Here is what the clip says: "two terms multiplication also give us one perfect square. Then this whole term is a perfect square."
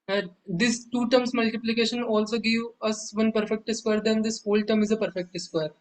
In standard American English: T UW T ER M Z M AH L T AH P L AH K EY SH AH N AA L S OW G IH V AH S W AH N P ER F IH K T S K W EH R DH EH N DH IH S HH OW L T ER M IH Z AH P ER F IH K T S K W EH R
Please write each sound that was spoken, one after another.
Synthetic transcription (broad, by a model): T UW T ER M S M AH L T AH P L AH K EY SH AH N AA L S OW G IH V AH S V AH N P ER F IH K T S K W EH R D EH N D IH S HH OW L T ER M IH Z AH P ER F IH K T S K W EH R